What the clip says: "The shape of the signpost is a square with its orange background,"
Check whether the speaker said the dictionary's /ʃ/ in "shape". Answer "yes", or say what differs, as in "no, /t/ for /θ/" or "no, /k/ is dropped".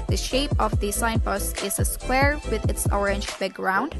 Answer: yes